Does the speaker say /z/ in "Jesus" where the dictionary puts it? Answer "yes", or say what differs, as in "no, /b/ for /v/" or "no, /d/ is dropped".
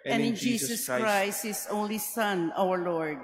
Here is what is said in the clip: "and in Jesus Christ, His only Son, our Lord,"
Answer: no, /s/ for /z/